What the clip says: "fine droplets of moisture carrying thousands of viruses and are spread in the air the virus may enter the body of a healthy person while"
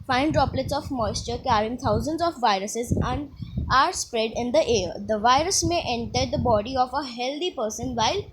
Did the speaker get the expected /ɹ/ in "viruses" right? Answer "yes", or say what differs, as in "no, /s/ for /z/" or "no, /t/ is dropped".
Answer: yes